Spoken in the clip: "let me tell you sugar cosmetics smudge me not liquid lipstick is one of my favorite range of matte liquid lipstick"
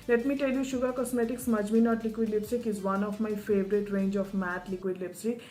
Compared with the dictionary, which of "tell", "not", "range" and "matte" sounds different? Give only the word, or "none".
none